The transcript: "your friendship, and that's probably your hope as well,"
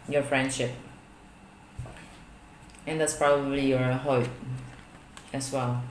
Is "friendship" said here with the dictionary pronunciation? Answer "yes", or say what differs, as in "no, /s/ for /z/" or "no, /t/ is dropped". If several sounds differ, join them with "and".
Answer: yes